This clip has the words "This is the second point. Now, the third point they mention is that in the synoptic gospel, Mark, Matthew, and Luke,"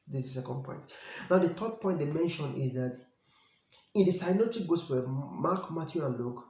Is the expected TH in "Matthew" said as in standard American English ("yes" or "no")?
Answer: no